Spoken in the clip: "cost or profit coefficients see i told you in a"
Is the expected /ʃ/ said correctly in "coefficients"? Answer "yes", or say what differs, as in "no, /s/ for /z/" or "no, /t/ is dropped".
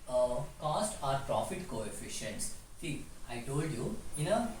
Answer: yes